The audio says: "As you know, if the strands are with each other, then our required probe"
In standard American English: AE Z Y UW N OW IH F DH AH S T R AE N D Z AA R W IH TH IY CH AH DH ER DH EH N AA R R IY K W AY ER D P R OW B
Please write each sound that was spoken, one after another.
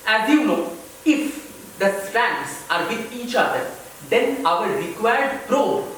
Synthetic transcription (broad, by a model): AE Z Y UW N OW IH F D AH S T AE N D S AA R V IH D IY CH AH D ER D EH N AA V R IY K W AY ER D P R OW